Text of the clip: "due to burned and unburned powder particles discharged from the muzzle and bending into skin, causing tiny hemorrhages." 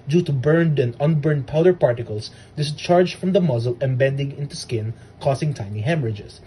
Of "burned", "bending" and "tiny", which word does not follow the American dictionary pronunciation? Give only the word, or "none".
none